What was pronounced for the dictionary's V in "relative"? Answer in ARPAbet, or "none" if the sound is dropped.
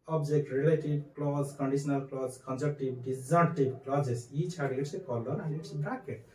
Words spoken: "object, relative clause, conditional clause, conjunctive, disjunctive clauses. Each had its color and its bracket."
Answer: B